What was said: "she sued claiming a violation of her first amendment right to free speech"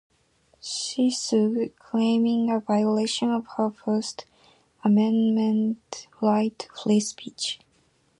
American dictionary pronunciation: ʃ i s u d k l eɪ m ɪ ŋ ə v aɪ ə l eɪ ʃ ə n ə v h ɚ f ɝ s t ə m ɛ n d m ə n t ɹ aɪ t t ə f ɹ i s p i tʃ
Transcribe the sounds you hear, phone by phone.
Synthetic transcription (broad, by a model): ʃ i s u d k l eɪ m ɪ ŋ ə v aɪ ə l eɪ ʃ ə n ə v h ɚ f ɝ s t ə m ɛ n m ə n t l aɪ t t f l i s p i tʃ